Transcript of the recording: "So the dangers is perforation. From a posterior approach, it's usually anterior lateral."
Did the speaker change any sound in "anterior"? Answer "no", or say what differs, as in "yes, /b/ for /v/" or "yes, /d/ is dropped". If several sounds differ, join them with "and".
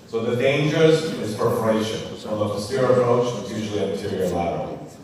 yes, /n/ is dropped